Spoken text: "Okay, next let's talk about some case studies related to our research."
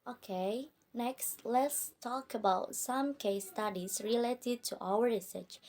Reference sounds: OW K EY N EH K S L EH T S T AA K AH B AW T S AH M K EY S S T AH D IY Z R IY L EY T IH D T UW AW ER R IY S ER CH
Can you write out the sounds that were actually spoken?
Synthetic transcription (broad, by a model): OW K EY N EH K S L EH T S T AA K AH B AW T S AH M K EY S S T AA D IY S R IY L EY T IH D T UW AW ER R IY S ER CH